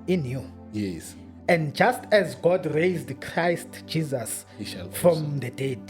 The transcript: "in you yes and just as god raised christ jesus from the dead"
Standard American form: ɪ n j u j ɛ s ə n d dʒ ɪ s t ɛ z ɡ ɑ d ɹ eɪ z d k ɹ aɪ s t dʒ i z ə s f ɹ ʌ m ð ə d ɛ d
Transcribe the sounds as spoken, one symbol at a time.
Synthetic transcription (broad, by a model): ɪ n j u j ɛ s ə n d dʒ ɪ s t ɛ z ɡ ɑ d ɹ eɪ z d k ɹ aɪ s t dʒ i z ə s f ɹ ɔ m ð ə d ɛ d